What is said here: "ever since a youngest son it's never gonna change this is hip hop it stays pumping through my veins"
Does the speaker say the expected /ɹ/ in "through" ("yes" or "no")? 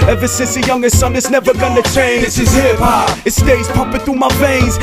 no